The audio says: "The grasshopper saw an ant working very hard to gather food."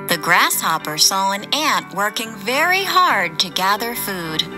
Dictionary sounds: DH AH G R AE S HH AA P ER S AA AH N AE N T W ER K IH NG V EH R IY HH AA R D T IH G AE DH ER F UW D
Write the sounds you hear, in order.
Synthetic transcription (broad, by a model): DH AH G R AE S HH AA P ER S AA AH N AE N T W ER K IH NG V EH R IY HH AA R D T IH G AE DH ER F UW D